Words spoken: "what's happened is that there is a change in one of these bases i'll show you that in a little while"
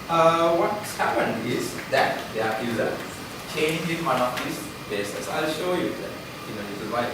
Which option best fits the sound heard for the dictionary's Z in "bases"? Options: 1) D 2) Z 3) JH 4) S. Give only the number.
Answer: 4